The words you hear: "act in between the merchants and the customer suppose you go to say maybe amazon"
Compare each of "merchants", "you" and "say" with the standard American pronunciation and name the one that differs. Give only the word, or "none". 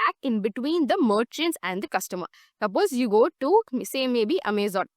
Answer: none